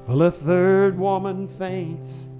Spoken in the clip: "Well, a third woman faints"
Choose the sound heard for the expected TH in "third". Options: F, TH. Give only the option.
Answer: TH